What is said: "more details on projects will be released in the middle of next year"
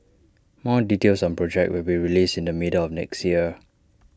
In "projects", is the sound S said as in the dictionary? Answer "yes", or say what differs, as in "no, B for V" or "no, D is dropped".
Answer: no, S is dropped